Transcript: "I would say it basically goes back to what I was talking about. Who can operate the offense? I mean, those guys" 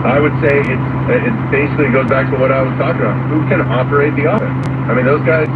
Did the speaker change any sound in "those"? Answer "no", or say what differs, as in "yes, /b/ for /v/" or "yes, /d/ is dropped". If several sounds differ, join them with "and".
no